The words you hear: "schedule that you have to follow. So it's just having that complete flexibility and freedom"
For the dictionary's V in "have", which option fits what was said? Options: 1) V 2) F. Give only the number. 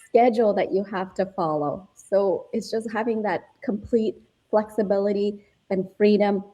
2